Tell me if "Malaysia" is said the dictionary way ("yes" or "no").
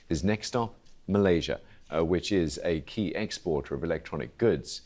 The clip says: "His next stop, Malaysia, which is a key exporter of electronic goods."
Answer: yes